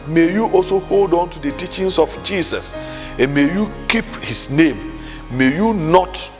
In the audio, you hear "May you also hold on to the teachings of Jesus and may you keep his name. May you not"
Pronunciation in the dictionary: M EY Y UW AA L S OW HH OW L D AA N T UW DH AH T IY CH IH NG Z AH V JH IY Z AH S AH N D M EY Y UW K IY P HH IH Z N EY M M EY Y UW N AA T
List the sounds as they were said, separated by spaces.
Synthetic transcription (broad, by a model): M EY Y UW AA L S OW HH OW L D AA N T UW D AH T IY CH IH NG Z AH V JH IY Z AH S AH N M EY Y UW K IY P HH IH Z N EY M M EY Y UW N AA T